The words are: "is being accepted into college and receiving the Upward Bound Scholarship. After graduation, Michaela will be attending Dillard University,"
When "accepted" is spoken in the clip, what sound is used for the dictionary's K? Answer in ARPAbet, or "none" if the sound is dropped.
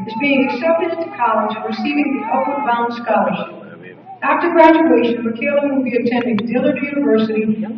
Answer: none